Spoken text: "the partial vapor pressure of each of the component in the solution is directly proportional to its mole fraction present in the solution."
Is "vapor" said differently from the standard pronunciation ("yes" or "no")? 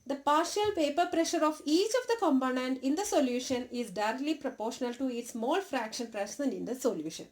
yes